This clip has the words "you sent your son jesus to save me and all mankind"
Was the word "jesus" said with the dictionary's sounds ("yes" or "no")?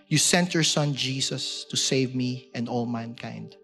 no